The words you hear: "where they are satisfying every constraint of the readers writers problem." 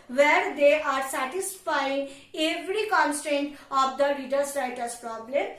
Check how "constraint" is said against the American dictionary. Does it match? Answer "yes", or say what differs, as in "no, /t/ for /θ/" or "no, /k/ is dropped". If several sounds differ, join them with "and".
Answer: yes